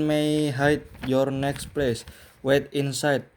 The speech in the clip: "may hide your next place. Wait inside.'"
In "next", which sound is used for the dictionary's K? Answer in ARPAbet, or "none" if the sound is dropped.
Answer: K